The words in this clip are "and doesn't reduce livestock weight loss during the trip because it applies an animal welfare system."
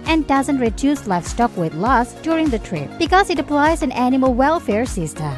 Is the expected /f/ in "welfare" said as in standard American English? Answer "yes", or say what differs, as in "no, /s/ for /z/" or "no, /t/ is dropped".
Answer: yes